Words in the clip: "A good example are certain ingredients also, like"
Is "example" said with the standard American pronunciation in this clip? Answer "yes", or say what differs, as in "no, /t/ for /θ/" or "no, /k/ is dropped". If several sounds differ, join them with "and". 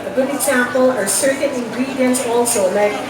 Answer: no, /m/ is dropped